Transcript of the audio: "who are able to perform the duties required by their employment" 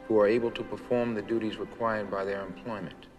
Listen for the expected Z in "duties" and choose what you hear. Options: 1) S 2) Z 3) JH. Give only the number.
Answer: 2